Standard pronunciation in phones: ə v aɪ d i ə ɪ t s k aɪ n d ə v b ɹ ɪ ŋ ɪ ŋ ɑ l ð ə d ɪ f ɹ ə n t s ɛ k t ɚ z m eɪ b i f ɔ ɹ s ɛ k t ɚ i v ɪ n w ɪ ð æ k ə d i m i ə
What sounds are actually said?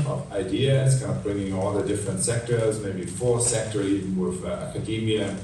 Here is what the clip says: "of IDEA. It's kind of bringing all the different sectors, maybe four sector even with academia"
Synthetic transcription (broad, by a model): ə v aɪ d i ə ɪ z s k aɪ n d ə v b ɹ ɪ ŋ ɪ ŋ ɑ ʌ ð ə d ɪ f ɹ ə n t s ɛ k t ɚ z m eɪ b i f ɔ ɹ s ɛ k t ɚ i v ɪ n w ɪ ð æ k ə d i m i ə